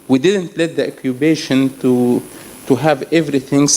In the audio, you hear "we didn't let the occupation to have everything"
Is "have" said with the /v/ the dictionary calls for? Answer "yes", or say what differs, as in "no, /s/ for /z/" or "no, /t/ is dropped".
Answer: yes